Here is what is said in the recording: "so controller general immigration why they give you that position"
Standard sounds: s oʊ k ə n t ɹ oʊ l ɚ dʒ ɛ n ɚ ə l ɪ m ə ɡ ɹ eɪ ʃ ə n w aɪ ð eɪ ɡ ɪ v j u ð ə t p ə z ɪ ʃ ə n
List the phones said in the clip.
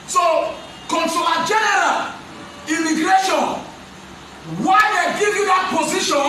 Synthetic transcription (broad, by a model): s oʊ k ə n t oʊ ɑ dʒ ɛ n ɚ ə l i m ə ɡ ɹ eɪ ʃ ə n w aɪ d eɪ ɡ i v j u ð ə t p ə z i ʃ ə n